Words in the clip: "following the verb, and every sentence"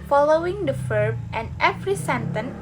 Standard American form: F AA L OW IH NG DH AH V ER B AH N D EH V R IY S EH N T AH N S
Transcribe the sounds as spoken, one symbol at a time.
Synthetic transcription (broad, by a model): F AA L OW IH NG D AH F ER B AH N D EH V R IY S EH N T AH N